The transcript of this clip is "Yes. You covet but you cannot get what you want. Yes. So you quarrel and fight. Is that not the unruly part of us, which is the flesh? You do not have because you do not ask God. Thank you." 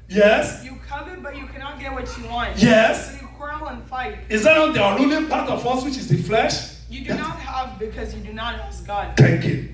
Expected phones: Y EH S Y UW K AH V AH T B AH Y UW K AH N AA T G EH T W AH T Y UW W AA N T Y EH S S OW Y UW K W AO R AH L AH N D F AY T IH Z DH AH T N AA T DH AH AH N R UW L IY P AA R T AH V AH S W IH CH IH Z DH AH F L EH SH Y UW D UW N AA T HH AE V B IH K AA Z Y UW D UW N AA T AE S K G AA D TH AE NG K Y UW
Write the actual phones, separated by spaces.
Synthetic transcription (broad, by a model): Y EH S Y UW K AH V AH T B AH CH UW K AH N AA T G EH T W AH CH Y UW W AA N T Y EH S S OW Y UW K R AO AH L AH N F AY T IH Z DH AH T N AA T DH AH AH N IY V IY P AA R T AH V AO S W IH CH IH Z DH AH F L EH SH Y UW D N AA T HH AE V B IH K AA Z Y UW D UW N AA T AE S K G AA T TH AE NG K Y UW